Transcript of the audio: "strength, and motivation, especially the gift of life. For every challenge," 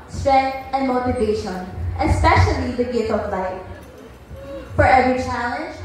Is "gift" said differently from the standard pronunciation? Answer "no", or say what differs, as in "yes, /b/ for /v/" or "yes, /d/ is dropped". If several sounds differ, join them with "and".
yes, /f/ is dropped